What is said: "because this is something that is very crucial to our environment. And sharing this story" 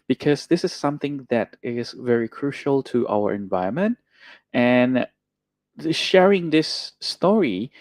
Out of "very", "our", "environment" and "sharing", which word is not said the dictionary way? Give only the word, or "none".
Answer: environment